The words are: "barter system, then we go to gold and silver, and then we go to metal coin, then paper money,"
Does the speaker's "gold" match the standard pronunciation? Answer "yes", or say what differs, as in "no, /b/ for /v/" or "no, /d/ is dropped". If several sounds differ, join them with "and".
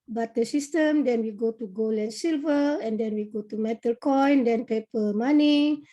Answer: no, /d/ is dropped